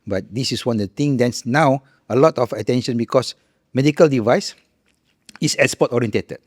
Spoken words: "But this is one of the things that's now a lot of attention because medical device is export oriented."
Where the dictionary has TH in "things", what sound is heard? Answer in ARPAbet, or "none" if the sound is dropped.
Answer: T